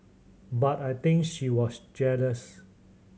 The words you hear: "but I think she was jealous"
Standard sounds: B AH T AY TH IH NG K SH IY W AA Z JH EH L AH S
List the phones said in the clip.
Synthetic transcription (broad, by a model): B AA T AY T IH NG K SH IY W AA S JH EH L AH S